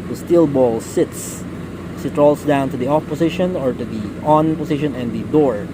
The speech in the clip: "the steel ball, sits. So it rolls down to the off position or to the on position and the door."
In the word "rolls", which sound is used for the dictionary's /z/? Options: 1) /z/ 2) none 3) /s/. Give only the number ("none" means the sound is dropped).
3